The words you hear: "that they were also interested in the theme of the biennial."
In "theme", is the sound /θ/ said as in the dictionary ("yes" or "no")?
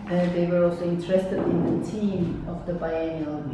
no